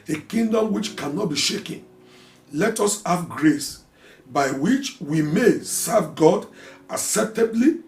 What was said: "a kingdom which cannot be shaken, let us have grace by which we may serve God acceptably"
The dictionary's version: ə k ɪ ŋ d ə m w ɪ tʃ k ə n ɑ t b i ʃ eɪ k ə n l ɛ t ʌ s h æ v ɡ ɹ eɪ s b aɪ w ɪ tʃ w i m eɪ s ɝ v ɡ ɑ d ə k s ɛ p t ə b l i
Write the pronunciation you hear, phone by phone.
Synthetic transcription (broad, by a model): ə k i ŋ d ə m w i tʃ k ə n ɑ t b i ʃ eɪ k ə n l ɛ t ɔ s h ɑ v ɡ ɹ eɪ s b aɪ w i tʃ w i m eɪ s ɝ v ɡ ɑ d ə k s ɛ p t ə b l i